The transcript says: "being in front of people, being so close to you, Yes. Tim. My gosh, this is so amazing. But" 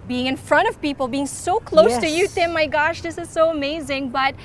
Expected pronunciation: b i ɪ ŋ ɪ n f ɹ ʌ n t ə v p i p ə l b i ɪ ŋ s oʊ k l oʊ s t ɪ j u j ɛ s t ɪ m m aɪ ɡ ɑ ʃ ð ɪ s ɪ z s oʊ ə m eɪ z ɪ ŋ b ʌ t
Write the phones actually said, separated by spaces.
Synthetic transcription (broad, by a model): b i ɪ ŋ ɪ n f ɹ ʌ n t ə v p i p l b i ɪ ŋ s oʊ k l oʊ s t ɪ j u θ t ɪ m m aɪ ɡ ɑ ʃ ð ɪ s ɪ z s oʊ ə m eɪ z ɪ ŋ b ʌ t